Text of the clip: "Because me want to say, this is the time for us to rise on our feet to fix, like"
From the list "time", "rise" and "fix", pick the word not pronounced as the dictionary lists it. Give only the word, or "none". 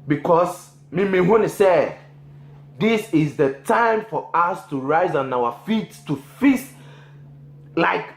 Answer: fix